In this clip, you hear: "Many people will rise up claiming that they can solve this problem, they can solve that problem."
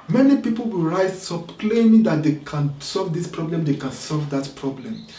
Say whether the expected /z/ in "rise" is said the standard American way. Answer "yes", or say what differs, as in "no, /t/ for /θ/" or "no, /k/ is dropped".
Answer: no, /s/ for /z/